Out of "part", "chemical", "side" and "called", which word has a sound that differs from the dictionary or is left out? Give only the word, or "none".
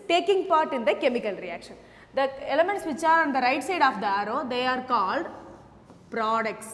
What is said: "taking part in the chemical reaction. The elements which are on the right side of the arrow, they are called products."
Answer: none